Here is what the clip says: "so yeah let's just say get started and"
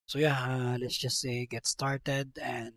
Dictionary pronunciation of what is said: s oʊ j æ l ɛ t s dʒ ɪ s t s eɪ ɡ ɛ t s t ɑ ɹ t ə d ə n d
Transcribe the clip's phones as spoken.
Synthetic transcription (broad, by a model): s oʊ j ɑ l ɛ t s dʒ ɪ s s eɪ ɡ ɛ t s t ɑ ɹ t ə d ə n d